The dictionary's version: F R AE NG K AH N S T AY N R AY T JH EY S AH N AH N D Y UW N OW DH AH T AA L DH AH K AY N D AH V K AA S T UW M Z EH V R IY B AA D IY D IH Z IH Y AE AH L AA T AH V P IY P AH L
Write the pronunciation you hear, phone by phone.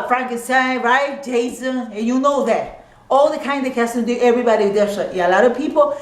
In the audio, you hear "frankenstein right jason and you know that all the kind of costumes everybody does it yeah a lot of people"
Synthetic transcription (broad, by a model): F R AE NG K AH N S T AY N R AY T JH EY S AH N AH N Y UW N OW DH AH T AA L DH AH K AY N D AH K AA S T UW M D EH V R IY B AA D IY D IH S IH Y AH L AA T AH V P IY P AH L